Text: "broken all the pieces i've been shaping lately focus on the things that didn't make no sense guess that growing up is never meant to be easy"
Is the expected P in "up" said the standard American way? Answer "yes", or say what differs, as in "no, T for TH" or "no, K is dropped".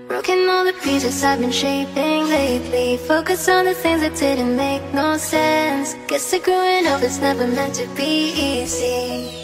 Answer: no, F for P